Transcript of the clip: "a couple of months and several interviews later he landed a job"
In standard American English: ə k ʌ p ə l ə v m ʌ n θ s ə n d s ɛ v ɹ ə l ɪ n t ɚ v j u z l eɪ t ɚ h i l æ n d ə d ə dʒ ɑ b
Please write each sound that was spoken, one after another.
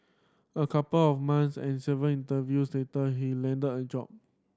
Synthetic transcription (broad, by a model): ə k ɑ p ə l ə f m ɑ n s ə n s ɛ v ə n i n t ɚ v j u s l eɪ t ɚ h i l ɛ n d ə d ə dʒ ɑ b